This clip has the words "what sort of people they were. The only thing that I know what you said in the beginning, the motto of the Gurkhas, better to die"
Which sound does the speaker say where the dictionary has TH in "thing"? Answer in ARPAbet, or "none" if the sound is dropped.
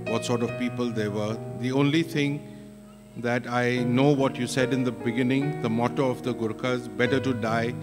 T